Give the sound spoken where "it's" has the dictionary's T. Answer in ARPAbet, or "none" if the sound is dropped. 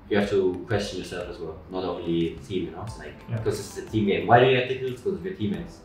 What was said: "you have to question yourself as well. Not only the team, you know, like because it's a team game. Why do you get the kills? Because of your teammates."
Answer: S